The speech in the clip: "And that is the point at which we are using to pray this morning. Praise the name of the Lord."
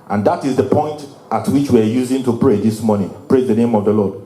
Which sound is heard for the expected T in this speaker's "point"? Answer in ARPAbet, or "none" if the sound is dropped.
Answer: T